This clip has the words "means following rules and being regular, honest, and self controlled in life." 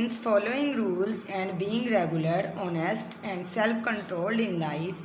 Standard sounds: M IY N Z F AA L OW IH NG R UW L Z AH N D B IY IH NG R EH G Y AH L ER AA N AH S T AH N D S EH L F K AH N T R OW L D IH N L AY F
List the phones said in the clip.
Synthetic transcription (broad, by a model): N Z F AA L OW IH NG R UW L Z AH N D B IY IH NG R EH G Y AH L ER AA N AH S T AH N D S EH L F K AH N T R OW L D IH N L AY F